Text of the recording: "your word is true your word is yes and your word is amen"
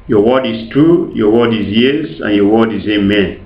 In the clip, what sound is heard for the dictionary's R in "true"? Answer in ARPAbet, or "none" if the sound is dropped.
none